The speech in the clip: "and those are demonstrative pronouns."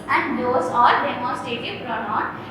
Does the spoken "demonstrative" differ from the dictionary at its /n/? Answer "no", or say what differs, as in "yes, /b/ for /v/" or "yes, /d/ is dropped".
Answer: yes, /n/ is dropped